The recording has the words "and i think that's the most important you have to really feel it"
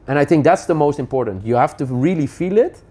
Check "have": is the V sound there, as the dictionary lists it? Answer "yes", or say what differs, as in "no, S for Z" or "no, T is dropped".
no, F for V